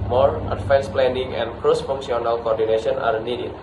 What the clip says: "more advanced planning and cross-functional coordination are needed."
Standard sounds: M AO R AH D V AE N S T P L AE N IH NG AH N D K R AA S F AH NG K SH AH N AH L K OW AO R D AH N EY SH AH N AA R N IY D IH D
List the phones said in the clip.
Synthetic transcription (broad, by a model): M AO R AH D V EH N S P L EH N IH NG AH N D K R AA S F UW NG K S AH N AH L K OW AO R D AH N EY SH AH N AA R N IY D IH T